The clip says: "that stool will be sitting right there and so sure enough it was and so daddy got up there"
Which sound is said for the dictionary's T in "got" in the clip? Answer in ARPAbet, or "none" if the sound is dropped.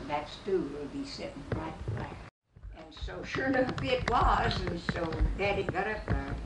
T